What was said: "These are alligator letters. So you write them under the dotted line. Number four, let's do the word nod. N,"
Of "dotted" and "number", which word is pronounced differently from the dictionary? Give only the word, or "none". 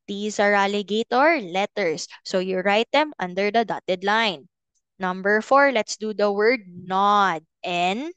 none